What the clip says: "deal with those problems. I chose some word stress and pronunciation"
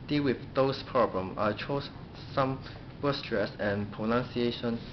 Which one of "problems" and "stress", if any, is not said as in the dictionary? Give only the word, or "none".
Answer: problems